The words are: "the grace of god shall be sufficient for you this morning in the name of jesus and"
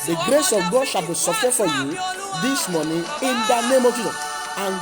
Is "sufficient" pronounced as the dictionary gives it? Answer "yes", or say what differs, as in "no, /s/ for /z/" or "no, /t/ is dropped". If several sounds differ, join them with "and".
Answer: no, /n/ is dropped